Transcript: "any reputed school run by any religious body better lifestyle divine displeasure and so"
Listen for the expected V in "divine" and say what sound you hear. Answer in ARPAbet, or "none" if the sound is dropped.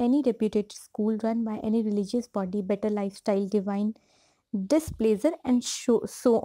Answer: V